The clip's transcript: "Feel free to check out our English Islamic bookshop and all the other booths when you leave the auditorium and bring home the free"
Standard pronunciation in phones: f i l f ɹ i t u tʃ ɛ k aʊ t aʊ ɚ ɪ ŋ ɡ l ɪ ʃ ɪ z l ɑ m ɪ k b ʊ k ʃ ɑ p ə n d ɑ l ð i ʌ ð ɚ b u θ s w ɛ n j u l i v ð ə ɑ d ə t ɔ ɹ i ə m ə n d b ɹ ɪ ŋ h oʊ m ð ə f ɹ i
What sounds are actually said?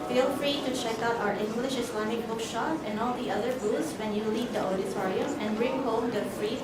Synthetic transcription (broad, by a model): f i l f ɹ i t u tʃ ɛ k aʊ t aʊ ɚ ɪ ŋ ɡ l ɪ ʃ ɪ s l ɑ m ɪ k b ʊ k ʃ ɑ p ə n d ɑ l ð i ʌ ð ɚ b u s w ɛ n j u l i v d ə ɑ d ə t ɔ ɹ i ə ə n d b ɹ ɪ ŋ h oʊ m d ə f ɹ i